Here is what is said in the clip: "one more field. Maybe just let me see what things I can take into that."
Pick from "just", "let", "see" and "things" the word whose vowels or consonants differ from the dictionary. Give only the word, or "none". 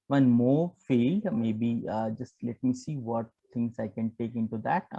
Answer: things